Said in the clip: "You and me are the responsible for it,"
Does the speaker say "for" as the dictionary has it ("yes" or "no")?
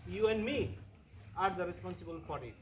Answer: no